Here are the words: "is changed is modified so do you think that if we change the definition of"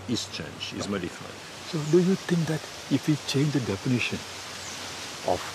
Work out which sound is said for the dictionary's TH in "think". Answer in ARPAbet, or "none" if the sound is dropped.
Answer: T